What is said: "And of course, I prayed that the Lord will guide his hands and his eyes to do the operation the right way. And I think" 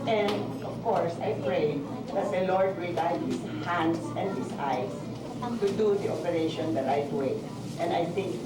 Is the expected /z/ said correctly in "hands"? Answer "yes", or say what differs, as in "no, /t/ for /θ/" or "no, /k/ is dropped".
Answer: no, /s/ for /z/